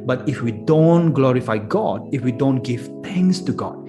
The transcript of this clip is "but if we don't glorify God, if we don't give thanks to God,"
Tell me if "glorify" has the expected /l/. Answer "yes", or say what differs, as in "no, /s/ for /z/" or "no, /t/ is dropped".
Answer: yes